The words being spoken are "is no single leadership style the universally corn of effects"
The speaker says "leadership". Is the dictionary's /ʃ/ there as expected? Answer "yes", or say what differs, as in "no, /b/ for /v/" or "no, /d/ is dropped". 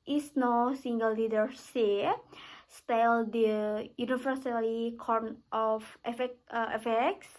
no, /s/ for /ʃ/